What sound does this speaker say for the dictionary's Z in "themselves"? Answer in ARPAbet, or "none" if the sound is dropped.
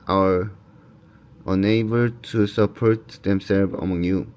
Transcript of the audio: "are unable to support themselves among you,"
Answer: none